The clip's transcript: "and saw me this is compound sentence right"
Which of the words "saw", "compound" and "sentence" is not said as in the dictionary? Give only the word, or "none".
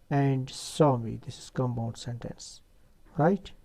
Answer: compound